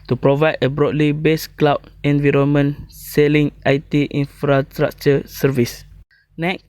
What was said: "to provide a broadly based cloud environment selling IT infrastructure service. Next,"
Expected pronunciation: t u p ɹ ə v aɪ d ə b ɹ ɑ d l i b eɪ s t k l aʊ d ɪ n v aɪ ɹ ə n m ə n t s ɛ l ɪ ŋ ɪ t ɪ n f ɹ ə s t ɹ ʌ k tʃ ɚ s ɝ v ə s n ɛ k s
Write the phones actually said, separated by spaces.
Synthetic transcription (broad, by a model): t u p ɹ ə v aɪ d ə b ɹ ɑ d l i b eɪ s k l aʊ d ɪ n v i ɹ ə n m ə n s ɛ l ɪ ŋ ɪ t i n f ɹ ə s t ɹ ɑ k tʃ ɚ s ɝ v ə s n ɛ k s